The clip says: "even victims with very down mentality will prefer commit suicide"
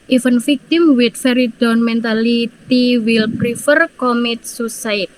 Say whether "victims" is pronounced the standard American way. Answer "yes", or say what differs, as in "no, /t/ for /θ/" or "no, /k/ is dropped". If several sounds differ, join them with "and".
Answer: no, /f/ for /v/ and /z/ is dropped